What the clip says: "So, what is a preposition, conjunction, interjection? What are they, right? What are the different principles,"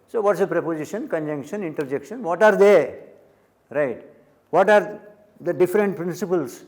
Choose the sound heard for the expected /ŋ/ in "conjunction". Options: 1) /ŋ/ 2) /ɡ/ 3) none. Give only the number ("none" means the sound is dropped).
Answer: 1